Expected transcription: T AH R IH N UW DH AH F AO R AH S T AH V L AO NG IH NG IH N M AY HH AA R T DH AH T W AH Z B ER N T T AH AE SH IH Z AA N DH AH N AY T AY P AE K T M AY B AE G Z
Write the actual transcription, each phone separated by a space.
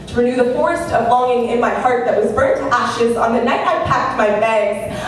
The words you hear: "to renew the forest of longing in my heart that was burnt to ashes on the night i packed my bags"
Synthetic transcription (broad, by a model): T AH R IH N UW DH AH F AO R AH S T AH V L AO NG IH NG IH N M AY HH AA R T DH AH T W AH Z B ER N T T AE SH IH Z N DH AH N AY T AY P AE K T M AY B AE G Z